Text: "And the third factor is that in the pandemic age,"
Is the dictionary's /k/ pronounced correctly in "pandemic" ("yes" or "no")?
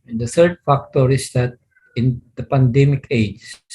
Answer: yes